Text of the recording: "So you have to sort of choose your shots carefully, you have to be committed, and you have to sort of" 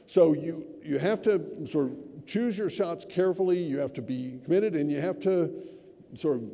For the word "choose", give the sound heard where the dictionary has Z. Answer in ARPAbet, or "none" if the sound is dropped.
Z